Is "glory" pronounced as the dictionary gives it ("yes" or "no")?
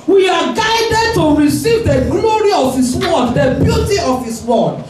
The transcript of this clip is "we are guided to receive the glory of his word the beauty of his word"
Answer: yes